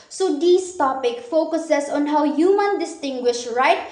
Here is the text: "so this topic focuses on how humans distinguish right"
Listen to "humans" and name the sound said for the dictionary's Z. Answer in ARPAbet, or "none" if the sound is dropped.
none